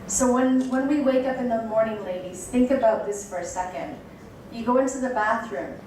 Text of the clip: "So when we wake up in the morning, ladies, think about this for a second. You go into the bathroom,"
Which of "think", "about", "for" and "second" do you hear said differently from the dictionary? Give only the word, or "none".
none